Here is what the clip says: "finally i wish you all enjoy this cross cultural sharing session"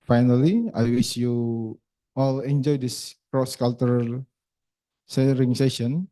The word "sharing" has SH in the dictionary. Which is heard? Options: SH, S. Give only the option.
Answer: S